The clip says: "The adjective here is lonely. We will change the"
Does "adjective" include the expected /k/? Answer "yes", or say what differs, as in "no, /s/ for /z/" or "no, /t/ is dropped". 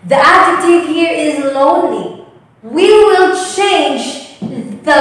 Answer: no, /k/ is dropped